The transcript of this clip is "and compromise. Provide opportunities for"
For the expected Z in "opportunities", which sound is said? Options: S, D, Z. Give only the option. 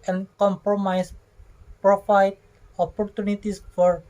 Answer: S